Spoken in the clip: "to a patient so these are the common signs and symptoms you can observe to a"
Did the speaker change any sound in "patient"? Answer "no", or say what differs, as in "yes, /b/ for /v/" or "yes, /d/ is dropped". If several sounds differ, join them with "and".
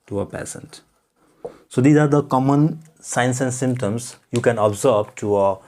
yes, /s/ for /ʃ/